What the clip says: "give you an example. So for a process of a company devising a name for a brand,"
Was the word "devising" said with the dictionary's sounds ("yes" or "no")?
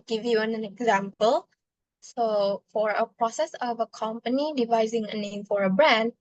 yes